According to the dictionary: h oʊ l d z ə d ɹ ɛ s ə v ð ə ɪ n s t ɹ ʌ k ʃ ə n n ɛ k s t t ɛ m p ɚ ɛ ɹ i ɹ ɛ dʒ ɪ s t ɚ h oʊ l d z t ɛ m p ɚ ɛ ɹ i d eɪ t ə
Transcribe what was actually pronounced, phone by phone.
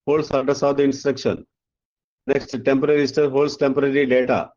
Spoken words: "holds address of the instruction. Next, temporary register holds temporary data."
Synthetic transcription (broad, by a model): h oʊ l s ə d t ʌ s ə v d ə ɪ n s t ɹ ʌ k ʃ ə n n ɛ k s t t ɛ m p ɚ ɹ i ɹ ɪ s t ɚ h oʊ l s t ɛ m p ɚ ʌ ɹ i d eɪ t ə